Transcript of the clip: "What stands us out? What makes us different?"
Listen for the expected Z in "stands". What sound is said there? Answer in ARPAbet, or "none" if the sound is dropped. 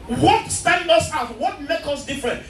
none